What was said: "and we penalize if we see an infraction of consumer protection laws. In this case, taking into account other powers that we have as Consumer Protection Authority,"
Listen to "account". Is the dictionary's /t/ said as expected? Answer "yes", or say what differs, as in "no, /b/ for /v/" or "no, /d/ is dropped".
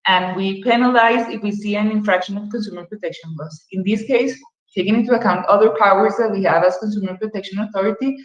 yes